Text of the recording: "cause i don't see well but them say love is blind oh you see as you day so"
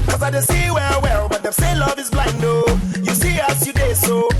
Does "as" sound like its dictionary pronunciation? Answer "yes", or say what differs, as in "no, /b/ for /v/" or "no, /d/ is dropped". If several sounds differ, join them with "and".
no, /s/ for /z/